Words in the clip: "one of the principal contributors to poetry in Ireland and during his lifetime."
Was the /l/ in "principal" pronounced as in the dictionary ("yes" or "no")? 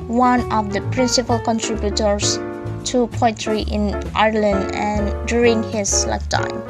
yes